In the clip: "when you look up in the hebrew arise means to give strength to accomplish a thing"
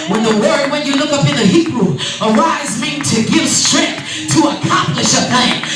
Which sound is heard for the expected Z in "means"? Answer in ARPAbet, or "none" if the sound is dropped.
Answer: none